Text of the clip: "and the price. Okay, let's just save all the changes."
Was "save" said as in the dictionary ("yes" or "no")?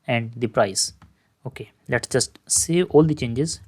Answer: no